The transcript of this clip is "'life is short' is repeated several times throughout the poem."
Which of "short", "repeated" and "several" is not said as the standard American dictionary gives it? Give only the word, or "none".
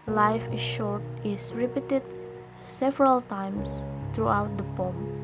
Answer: none